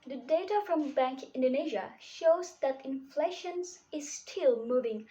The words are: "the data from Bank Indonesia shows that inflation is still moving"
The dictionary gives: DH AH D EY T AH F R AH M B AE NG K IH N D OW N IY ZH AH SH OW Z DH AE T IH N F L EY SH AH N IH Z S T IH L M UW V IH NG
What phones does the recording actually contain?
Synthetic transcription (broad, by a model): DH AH D EY T AH F R AH M B AE NG K IH N D OW N IY ZH AH SH OW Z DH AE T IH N F L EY SH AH N IH Z S T IH L M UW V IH NG